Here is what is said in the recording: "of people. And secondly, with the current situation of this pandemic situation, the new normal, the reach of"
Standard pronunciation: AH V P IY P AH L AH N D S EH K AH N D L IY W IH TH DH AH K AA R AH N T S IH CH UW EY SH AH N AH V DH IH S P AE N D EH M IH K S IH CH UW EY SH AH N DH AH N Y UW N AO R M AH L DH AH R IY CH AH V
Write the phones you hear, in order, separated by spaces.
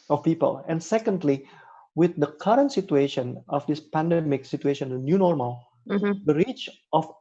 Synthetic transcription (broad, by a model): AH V P IY P AH L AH N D S EH K AH N D L IY W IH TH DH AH K AA R AH N T S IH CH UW EY SH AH N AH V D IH S P AE N D EH M IH K S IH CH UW EY SH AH N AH N Y UW N AO R M AH L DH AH R IY CH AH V